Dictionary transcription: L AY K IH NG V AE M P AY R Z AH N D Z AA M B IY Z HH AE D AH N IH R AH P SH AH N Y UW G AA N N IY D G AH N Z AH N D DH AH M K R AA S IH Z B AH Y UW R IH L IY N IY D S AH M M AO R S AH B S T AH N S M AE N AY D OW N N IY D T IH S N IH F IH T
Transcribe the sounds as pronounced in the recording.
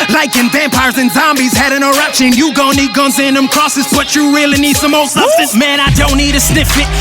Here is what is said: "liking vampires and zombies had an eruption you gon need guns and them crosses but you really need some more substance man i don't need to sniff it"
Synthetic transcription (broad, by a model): L AY K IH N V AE M P AY R Z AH N Z AA M B IY Z HH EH D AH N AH R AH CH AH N Y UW G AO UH N IY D G AH N Z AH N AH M K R AA S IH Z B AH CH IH R IH L IY N IY D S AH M M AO L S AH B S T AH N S M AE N AY D OW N N IY D T IH S N IH F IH T